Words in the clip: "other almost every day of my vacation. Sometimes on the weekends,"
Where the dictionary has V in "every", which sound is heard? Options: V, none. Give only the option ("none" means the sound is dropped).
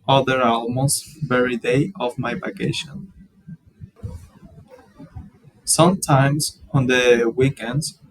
none